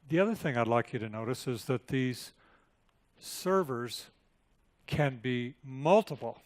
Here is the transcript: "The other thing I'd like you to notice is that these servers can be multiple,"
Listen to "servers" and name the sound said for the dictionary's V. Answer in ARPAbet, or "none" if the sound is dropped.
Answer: V